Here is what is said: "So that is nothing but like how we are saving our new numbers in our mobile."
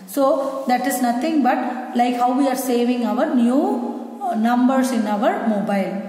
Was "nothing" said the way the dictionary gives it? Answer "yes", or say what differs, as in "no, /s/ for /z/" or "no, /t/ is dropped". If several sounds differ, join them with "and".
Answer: no, /t/ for /θ/